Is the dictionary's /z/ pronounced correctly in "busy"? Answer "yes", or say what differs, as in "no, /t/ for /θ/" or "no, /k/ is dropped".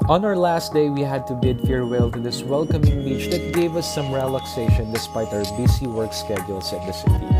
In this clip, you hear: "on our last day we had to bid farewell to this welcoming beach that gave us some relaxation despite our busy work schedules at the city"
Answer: no, /s/ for /z/